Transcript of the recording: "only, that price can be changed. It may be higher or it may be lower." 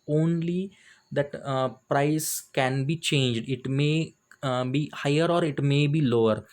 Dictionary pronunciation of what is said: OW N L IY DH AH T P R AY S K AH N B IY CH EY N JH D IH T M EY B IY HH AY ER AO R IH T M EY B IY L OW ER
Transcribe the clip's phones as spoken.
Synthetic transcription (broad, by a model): OW N L IY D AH T P R AY S K AH N B IY CH EY N JH D IH T M EY B IY HH AY ER AO R IH T M EY B IY L OW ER